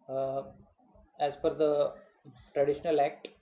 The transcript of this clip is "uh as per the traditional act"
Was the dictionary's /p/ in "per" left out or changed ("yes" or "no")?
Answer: yes